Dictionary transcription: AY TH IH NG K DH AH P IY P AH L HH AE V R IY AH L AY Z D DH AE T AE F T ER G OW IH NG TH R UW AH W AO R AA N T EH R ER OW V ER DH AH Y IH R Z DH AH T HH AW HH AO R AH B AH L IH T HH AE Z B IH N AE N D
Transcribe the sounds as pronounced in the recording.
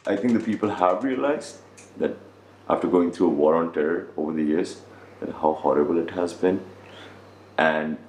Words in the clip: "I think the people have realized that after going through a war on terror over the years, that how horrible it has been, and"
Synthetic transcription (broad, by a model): AY T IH NG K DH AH P IY P AH L HH AE V R IY AH L AY Z D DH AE T AE F T ER G OW IH NG T R UW AH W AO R AA N T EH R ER OW V ER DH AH Y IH R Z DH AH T HH AW HH AO R AH B AH L IH T HH AE Z B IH N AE N D